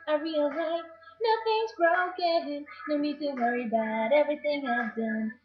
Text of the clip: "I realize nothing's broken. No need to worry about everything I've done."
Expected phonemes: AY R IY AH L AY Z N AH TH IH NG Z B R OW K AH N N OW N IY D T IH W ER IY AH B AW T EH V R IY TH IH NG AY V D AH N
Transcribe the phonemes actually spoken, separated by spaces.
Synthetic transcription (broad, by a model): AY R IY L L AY N AH TH IH NG Z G R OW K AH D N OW N IY D T IH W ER IY B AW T EH V R IY TH IH NG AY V D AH N